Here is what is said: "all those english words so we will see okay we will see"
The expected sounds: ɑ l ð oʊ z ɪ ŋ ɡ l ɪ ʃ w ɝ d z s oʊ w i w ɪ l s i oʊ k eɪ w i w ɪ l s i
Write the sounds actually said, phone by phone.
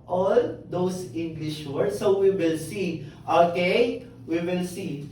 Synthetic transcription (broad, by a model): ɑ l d oʊ s ɪ ŋ ɡ l ɪ ʃ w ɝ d s oʊ w i w ɪ l s i oʊ k eɪ w i w ɪ l s i